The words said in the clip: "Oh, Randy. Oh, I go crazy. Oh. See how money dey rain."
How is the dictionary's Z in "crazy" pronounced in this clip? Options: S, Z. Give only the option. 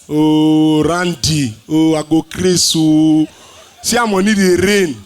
S